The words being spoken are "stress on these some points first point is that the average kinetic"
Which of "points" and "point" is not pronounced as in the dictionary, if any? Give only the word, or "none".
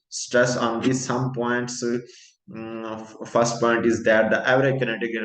none